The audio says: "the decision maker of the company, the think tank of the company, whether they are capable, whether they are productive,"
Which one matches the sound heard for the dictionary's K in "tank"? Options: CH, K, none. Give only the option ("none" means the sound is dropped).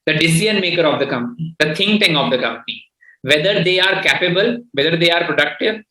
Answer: none